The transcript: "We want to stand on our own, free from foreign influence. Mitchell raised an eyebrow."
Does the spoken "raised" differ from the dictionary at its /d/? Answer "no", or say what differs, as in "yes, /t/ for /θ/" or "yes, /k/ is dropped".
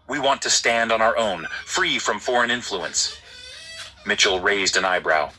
no